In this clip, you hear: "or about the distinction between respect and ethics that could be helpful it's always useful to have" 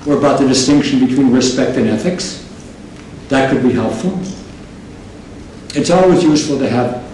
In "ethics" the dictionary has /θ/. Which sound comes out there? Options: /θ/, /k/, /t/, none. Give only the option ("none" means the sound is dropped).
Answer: /θ/